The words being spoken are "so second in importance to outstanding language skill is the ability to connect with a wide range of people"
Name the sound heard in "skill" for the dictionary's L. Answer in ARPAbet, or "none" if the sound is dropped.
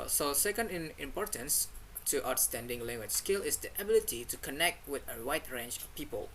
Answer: L